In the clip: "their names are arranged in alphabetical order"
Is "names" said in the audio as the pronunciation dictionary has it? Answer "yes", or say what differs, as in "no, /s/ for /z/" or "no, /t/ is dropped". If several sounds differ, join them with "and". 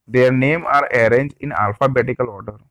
no, /z/ is dropped